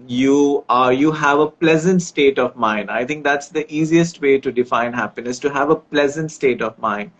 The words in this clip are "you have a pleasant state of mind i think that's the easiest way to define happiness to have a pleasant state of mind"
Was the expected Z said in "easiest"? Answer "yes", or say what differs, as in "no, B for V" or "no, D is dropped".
yes